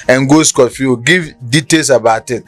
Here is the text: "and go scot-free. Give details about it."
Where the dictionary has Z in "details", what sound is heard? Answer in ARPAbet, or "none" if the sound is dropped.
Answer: S